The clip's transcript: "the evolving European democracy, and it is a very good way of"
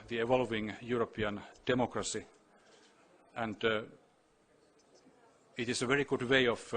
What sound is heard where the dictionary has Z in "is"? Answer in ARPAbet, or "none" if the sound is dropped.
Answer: S